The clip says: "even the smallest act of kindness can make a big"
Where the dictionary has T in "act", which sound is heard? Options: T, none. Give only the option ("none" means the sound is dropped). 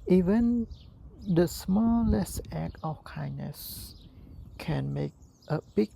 none